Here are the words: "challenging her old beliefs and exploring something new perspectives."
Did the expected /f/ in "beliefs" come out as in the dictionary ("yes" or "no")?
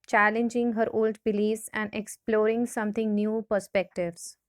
no